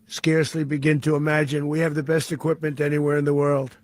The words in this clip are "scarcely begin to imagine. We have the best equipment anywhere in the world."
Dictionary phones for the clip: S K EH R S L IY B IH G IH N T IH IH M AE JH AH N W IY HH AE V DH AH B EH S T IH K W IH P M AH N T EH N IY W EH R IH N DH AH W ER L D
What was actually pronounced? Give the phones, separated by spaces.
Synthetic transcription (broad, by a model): S K EH R S L IY B IH G IH N T IH IH M AE JH AH N W IY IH V DH AH B EH S T IH K W IH P M AH N T EH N IY W EH R IH N DH AH W ER L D